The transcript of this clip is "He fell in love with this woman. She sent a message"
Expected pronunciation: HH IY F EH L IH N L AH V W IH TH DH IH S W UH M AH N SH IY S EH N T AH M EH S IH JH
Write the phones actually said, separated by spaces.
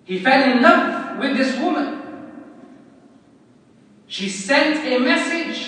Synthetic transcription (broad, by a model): HH IY F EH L IH N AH F W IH DH IH S W UH M AH N SH IY S EH N T AH M EH S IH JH